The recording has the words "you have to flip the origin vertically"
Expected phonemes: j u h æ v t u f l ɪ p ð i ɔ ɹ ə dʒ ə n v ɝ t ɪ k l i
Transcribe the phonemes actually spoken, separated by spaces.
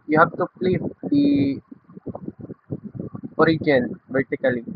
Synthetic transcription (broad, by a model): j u h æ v t u p l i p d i ɔ ɹ ə dʒ ə n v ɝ t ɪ k l i